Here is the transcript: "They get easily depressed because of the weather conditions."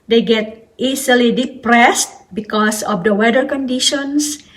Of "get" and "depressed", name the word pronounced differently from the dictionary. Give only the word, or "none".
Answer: none